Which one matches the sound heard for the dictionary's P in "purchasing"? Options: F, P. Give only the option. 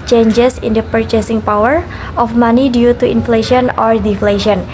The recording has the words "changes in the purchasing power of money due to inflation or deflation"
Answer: P